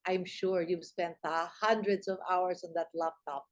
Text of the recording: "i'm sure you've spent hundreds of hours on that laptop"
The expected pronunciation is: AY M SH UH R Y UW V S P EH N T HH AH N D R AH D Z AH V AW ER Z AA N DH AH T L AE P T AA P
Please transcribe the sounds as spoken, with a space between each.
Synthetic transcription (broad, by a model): AY M SH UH R Y UW V S P EH N T HH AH N D R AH D S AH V AW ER S AA N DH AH T L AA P T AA P